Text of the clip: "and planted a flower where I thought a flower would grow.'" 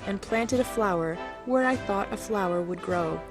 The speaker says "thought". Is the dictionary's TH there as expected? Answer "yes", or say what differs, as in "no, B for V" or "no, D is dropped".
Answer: yes